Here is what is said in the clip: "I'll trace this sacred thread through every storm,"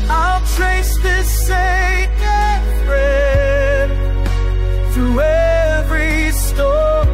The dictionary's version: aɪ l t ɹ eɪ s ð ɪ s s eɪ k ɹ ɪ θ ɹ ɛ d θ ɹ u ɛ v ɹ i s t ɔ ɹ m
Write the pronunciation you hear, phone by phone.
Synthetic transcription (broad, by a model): aɪ l t ɹ eɪ s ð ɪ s s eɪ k ɪ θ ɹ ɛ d θ ɹ u ɛ v ɹ i s t ɔ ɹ